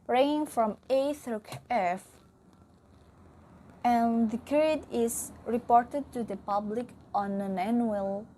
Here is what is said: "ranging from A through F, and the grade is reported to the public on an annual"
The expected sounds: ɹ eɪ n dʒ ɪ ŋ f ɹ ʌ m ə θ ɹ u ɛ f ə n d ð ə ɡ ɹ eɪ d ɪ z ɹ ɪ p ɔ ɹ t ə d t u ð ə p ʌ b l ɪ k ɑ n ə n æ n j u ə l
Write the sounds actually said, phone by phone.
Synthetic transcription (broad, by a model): ɹ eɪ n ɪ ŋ f ɹ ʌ m ə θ ɹ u ɛ f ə n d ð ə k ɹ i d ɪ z ɹ ɪ p ɔ ɹ t ə d t u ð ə p ʌ b l ɪ k ɑ n ə n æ n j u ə l